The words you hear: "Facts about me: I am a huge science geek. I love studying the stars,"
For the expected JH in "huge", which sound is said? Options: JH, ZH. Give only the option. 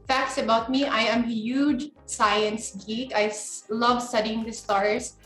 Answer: JH